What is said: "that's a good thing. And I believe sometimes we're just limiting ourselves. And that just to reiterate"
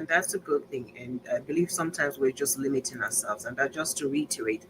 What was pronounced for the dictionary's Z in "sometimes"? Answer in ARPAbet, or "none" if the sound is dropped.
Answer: Z